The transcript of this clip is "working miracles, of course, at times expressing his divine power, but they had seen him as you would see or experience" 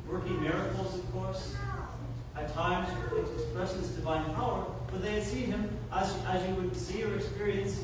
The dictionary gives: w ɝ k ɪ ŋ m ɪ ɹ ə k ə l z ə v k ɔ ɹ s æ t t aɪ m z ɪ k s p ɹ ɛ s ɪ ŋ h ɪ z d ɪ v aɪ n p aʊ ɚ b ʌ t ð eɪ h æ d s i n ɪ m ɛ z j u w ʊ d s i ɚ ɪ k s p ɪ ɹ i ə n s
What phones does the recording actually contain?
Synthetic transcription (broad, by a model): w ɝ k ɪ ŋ m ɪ ɹ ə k l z ə v k ɔ ɹ s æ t t aɪ m z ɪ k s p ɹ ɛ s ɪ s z d ɪ v aɪ n p aʊ ɚ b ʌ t ð eɪ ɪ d s i n ɪ m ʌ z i w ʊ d s i ɚ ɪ k s p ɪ ɹ i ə n s